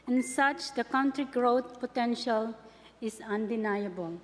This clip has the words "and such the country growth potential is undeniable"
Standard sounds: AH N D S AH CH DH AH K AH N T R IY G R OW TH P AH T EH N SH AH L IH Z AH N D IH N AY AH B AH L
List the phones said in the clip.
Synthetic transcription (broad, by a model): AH N S AH CH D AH K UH N T R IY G R OW T P AH T EH N SH AH L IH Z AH N D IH N AY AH B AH L